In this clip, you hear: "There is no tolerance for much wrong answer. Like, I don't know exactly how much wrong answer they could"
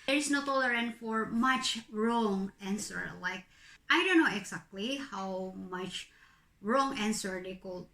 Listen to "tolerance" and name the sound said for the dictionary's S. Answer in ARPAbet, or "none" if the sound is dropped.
none